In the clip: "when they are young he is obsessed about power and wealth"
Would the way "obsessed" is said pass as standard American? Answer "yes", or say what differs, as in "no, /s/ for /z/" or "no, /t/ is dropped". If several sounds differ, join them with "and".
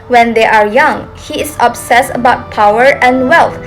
no, /t/ is dropped